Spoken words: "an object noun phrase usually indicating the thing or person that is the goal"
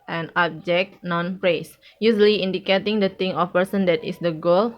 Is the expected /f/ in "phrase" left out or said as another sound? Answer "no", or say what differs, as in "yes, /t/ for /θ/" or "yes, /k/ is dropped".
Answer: yes, /p/ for /f/